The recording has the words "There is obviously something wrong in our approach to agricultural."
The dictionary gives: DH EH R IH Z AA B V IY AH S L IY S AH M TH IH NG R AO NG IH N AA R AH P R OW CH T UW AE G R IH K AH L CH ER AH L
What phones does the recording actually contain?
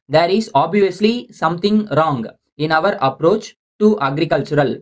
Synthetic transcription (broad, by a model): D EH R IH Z AA B V IY AH S L IY S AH M T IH NG R AO NG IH N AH R AH P R OW CH T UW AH G R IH K AH L CH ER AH L